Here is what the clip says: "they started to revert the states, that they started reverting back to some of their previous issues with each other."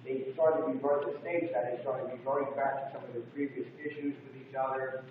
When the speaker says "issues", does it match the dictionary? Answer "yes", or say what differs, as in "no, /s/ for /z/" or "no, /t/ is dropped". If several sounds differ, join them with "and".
yes